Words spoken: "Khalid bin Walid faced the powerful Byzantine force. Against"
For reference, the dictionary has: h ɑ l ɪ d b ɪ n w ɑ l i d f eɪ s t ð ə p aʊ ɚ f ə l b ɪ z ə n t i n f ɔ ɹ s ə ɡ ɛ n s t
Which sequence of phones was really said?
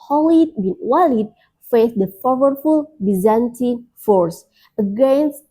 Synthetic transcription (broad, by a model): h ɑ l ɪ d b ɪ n w ɑ l i d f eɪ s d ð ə f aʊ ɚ f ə l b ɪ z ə n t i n f ɔ ɹ s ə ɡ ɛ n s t